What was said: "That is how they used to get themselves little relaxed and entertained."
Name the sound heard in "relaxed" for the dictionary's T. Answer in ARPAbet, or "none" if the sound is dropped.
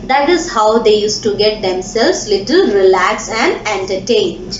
none